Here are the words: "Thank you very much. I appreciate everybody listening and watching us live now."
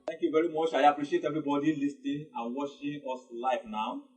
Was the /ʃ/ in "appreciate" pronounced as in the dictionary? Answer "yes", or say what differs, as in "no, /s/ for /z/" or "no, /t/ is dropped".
yes